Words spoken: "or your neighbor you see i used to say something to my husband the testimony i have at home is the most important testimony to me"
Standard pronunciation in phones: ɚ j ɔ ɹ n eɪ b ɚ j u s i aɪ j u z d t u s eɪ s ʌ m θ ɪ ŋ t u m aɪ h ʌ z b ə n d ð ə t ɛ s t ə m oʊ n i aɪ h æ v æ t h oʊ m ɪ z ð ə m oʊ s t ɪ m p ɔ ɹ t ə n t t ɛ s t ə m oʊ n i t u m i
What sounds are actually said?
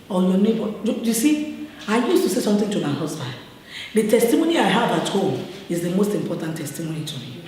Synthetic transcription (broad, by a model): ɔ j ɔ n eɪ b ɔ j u s i aɪ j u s t u s eɪ s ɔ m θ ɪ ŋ t u m aɪ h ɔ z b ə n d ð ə t ɛ s t ə m oʊ n i aɪ h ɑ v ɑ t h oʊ ɪ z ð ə m oʊ s t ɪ m p ɔ t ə n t t ɛ s t ə m oʊ n i t u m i